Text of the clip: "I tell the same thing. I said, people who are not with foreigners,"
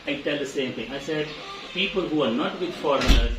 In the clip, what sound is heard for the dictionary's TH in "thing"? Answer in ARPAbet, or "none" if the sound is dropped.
T